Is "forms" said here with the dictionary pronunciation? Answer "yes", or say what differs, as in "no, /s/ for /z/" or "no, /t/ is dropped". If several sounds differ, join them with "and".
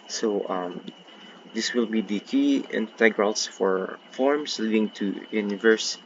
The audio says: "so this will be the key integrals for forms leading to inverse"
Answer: no, /s/ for /z/